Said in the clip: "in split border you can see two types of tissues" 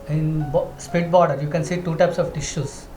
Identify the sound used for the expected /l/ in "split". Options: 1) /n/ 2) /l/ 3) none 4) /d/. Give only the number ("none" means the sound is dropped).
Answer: 3